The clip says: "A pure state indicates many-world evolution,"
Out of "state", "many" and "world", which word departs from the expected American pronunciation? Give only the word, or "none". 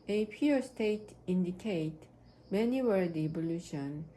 world